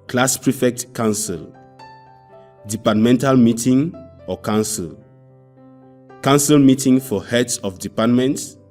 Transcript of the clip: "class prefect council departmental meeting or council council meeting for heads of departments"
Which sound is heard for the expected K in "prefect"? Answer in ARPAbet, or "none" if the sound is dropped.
K